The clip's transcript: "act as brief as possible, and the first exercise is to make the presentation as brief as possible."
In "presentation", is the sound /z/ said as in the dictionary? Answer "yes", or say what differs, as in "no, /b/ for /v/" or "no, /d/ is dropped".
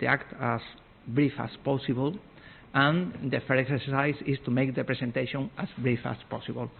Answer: no, /s/ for /z/